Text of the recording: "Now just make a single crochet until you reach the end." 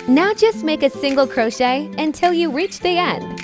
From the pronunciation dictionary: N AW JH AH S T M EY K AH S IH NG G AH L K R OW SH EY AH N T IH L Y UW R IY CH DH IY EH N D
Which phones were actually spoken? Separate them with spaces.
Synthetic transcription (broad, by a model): N AW JH AH S T M EY K AH S IH NG G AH L K R OW SH EY AH N T IH L Y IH R IY CH DH IY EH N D